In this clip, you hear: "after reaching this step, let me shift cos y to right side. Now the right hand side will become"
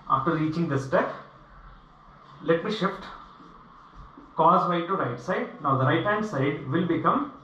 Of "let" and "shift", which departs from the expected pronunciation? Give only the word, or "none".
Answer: none